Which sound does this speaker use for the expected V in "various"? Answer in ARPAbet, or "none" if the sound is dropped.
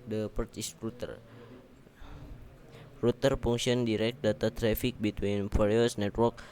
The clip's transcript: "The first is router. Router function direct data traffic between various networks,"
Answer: P